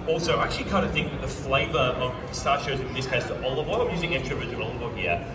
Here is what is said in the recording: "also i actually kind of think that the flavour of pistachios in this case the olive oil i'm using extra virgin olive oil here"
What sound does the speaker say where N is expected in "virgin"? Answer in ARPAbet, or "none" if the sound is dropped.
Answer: none